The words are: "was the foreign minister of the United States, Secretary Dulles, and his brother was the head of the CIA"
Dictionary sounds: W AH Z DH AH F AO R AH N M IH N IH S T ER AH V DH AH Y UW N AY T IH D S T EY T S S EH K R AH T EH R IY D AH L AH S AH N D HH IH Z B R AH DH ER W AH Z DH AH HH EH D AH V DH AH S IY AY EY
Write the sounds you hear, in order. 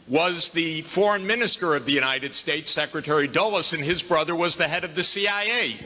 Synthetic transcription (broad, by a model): W AH Z DH AH F AO R AH N M IH N IH S T ER AH V DH AH Y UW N AY T IH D S T EY T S S EH K R AH T EH R IY D AH L AH S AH N IH Z B R AH DH ER W AH Z DH AH HH EH D AH V DH AH S IY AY EY